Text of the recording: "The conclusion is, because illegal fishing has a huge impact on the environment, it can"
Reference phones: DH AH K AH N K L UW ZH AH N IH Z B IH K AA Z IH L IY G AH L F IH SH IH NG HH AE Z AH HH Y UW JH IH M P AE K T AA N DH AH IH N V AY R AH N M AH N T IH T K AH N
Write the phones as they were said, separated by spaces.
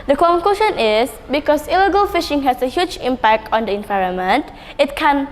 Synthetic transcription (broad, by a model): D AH K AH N K L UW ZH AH N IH S B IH K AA S IH L IY G AH L F IH SH IH NG HH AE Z AH HH Y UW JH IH M P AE K T AA N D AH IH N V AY R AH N M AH N T IH T K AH N